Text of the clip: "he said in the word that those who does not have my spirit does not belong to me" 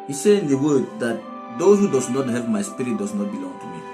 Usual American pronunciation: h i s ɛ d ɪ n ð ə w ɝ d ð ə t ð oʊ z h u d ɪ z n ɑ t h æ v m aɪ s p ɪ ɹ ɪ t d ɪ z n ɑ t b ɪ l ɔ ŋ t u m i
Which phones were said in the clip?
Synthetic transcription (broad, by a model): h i s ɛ ɪ n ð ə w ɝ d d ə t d oʊ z h u d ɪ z n ɑ t h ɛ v m aɪ s p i ɹ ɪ t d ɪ s n ɑ t b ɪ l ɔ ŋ t u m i